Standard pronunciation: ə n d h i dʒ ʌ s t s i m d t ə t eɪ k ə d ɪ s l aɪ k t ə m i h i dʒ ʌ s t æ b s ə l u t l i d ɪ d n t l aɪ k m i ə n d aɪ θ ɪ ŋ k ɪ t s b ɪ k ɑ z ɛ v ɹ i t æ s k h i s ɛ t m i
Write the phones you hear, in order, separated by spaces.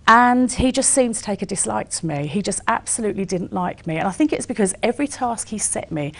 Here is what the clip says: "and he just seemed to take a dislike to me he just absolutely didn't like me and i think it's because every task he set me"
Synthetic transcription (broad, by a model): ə n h i dʒ ʌ s t s i m t ə t eɪ k ə d ɪ s l aɪ k t ə m i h i dʒ ʌ s t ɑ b s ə l u t l i d ɪ d n t l aɪ k m i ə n aɪ θ ɪ ŋ k ɪ t s b ɪ k ɑ z ɛ v ɹ i t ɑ s k h i s ɛ t m i